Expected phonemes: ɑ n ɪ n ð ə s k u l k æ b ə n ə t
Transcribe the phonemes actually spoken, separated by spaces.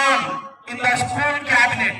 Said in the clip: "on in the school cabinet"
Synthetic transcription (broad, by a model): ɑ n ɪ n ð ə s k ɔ n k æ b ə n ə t